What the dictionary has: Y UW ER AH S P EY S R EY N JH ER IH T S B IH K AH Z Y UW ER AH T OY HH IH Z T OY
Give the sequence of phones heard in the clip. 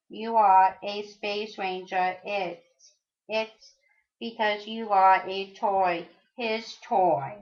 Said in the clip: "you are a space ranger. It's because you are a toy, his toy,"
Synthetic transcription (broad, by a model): Y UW ER AH S P EY S R EY N JH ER IH T S B IH K AH Z Y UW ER AH T OY HH IH Z T OY